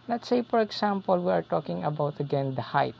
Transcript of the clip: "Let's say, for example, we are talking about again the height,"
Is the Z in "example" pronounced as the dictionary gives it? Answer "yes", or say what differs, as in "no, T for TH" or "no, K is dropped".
no, S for Z